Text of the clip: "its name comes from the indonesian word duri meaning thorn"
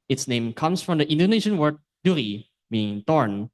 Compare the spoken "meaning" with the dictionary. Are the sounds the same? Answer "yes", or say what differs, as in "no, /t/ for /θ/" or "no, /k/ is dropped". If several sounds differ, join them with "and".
no, /n/ is dropped